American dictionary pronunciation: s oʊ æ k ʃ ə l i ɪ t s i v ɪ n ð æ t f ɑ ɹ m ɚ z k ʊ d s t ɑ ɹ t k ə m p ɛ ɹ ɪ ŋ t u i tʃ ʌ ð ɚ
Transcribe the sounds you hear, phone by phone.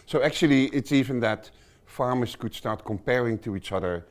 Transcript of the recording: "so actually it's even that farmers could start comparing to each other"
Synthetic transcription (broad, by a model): s oʊ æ k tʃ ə l i ɪ t s i v ɪ n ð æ t f ɑ ɹ m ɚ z k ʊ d s t ɑ ɹ t k ə m p ɛ ɹ ɪ ŋ t u i tʃ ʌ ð ɚ